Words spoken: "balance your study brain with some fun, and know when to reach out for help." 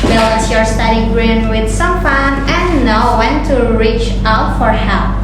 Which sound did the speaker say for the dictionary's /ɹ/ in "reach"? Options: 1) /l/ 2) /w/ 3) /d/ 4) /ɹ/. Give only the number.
4